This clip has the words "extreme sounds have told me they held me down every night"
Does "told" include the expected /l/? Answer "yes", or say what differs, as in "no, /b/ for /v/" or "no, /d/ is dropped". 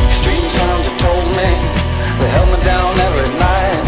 yes